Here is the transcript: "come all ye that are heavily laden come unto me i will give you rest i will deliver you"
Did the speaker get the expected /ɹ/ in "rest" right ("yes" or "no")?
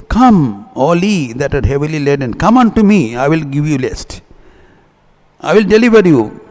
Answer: no